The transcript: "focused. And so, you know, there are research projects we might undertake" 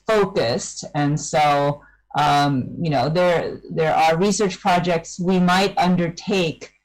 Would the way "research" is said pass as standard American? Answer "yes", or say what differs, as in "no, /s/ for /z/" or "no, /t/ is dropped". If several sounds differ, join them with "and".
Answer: yes